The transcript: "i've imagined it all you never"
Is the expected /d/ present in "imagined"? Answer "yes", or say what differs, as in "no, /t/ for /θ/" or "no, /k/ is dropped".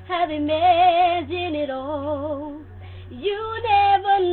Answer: no, /d/ is dropped